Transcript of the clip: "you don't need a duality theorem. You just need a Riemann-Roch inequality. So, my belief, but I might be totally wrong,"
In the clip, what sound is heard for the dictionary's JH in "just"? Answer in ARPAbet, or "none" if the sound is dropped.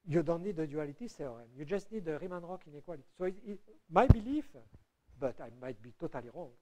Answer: JH